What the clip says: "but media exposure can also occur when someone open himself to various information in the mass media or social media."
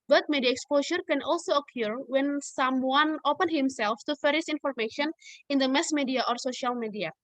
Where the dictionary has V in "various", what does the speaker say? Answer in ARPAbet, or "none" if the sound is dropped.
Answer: F